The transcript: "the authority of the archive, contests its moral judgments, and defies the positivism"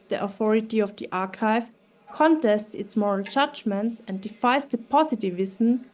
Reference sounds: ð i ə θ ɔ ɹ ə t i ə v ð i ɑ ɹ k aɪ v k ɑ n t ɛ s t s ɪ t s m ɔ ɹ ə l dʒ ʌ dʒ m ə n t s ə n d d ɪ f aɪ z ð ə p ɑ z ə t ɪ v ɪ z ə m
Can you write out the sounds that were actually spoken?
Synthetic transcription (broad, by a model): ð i ə θ ɔ ɹ ə t i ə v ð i ɑ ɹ k aɪ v k ɑ n t ɛ s t s ɪ t s m ɔ ɹ ə l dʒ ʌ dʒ m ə n t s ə n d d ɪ f aɪ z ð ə p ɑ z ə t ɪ v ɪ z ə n